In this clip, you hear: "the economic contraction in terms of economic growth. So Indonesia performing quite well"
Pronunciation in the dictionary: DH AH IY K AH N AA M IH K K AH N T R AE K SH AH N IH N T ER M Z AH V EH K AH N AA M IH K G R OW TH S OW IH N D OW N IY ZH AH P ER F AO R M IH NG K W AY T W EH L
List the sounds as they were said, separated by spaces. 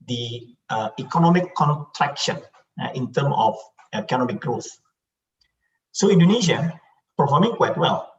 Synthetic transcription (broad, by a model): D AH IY K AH N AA M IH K K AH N T R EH K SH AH N IH N T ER M AH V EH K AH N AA M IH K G R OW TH S OW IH N D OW N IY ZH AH P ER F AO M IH NG K W AY T W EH L